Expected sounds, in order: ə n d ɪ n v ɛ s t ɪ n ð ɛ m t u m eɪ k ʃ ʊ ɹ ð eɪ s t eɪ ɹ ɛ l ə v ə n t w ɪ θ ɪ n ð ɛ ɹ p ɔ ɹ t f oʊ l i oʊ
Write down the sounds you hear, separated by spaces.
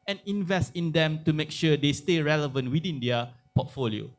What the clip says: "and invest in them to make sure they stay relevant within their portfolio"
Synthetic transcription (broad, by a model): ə n ɪ n v ɛ s t ɪ n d ɛ m t u m eɪ k ʃ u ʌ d eɪ s t eɪ ɹ ɛ l ə v ə n t w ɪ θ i n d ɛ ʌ p ɔ t f oʊ l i oʊ